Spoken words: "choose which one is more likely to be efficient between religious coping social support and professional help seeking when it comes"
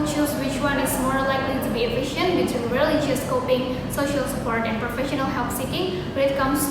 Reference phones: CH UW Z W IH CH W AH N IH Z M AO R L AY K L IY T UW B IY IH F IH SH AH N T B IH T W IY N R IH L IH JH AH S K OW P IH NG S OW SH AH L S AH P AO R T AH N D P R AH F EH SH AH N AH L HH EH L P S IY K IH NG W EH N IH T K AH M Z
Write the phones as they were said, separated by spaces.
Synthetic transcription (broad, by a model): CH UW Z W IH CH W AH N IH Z M AO R L AY K L IY T UW B IY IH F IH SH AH N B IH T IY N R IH L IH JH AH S K OW P IH NG S OW SH AH L S AH P AO R T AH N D P R AH F EH SH AH N AH L HH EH L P S IY K IH NG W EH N IH T K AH M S